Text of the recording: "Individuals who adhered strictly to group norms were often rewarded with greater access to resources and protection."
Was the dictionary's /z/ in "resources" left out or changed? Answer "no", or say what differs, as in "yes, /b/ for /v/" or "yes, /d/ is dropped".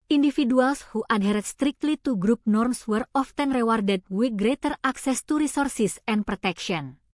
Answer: yes, /s/ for /z/